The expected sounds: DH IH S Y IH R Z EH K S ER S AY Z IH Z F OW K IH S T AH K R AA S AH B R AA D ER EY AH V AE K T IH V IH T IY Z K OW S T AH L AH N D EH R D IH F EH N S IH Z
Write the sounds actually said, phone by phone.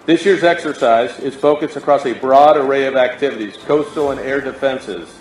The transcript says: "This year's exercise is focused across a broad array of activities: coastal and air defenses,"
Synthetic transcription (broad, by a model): DH IH S Y IH R Z EH K S ER S AY Z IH S F OW K IH S T AH K R AA S AH B R AA D ER EY AH V AE K T IH V IH T IY Z K OW S T L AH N EH R D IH F EH N S IH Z